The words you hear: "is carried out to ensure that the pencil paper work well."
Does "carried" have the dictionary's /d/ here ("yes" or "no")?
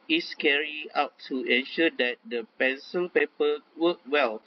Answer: no